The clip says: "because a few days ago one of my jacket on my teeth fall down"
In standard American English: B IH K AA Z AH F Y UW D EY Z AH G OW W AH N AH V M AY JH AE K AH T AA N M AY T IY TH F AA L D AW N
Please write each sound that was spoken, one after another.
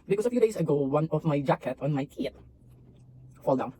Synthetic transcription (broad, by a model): B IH K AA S AH F Y UW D EY S AH G OW W AH N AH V M AY JH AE K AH T AA N M AY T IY T F AA L D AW N